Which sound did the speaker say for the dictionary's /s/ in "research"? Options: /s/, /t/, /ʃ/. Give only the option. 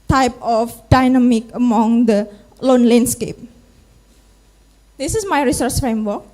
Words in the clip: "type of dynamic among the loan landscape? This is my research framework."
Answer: /s/